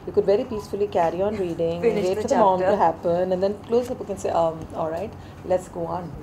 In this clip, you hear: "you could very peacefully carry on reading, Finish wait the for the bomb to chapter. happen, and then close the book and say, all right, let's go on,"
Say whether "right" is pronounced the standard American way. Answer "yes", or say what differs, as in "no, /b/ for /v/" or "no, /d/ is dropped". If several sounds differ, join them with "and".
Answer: yes